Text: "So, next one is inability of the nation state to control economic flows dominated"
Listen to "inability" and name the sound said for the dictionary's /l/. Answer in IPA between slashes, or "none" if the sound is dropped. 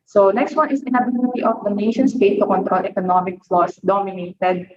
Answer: /n/